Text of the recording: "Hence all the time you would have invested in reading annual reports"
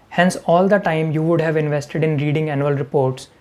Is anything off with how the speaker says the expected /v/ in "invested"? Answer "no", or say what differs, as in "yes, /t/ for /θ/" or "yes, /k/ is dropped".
no